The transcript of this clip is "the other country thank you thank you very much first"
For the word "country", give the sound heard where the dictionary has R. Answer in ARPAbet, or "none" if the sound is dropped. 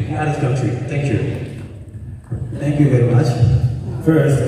none